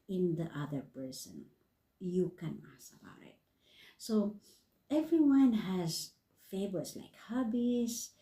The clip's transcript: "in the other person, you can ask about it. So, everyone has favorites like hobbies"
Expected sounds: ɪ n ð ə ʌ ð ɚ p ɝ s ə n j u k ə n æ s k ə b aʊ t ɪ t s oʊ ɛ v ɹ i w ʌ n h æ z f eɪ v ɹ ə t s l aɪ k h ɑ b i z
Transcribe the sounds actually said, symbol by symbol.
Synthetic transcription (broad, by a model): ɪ n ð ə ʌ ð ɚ p ɝ s ə n j u k ə n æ s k ə b aʊ t ɪ t s oʊ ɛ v ɹ i w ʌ n h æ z f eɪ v ə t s l aɪ k h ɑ b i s